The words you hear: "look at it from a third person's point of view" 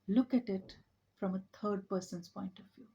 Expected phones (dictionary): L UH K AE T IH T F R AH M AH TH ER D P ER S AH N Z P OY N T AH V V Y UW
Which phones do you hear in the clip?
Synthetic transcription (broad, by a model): L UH K AE T IH T F R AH M AH T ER D P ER S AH N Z P OY N T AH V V Y UW